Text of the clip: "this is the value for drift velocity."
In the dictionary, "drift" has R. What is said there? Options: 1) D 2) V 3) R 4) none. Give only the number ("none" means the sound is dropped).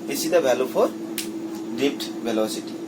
4